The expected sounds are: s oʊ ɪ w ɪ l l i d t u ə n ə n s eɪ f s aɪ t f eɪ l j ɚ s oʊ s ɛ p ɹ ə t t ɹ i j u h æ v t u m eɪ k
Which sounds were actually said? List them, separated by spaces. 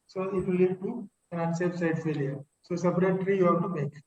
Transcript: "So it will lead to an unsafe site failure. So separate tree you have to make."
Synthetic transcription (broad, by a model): s oʊ ɪ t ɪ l l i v t u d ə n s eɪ p s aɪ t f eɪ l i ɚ s oʊ s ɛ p ɹ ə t t ɹ i j u h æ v t u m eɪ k